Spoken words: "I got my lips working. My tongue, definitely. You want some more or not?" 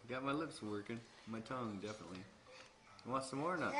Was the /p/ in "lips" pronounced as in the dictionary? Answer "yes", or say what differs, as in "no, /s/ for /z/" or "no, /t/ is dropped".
yes